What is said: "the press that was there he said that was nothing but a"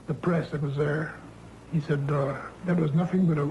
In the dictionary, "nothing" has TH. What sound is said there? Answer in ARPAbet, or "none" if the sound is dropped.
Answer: TH